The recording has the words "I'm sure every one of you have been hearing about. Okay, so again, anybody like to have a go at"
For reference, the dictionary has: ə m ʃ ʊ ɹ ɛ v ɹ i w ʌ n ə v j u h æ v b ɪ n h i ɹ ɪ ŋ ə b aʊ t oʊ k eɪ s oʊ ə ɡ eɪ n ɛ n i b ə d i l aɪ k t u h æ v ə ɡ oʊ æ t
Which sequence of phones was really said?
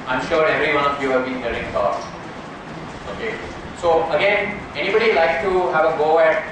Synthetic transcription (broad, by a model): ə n ʃ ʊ ɹ ɛ v ɹ i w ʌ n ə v j u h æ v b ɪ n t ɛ l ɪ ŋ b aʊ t oʊ k eɪ s oʊ ə ɡ eɪ n ɛ n i b ə d i l aɪ k t u h æ v ə ɡ oʊ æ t